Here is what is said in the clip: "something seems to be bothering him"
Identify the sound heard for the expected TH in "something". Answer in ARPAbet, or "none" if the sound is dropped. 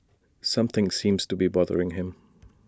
TH